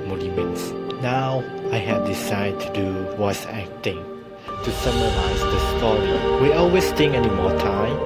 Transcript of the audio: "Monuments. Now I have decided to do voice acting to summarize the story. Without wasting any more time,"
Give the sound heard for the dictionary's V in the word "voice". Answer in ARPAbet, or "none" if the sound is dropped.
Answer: W